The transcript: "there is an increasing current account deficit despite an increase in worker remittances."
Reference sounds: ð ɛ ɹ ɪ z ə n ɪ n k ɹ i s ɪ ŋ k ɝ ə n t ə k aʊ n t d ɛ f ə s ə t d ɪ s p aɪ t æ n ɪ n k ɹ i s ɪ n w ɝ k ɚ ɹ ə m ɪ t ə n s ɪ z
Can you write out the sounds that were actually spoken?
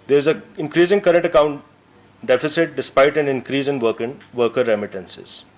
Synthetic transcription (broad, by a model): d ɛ ɹ ɪ z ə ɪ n k ɹ i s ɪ ŋ k ɝ ə n t ə k aʊ n t d ɛ f ə s ə t d ɪ s p aɪ t æ n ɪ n k ɹ i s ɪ n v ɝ k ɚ ɹ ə m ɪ t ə n s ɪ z